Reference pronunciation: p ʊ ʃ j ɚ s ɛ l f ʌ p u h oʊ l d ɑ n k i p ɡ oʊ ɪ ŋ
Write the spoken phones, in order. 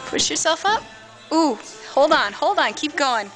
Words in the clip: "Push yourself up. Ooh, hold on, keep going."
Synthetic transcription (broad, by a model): p ʊ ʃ j ɚ s ɛ l f ʌ p u h oʊ l d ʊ n k i p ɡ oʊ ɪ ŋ